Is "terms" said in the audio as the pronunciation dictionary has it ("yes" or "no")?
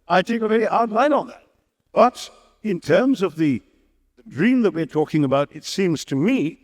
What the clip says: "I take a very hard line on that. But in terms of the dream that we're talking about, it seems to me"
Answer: yes